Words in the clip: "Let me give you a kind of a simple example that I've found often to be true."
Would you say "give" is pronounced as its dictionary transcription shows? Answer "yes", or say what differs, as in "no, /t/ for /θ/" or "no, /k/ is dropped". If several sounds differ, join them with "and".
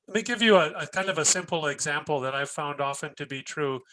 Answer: yes